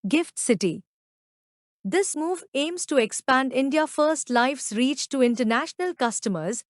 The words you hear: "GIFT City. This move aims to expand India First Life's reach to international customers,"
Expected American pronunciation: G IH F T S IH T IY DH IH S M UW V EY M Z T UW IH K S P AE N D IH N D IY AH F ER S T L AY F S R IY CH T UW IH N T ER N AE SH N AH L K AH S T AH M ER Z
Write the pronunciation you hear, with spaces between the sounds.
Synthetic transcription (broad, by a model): G IH F T S IH T IY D IH S M UW V EY M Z T UW IH K S P AE N D IH N D IY AH F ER S T L AY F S R IY CH T UW IH N T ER N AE SH N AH L K AH S T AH M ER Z